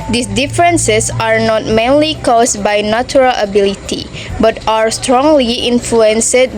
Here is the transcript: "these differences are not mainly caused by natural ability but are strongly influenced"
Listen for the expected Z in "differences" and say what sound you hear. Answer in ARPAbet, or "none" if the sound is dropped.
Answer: S